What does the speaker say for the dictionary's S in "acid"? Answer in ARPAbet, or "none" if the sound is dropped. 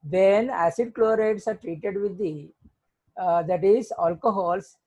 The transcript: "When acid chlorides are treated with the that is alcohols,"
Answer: S